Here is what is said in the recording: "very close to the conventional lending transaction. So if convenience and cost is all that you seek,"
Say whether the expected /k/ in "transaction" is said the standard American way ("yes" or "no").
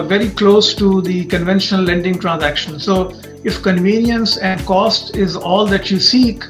yes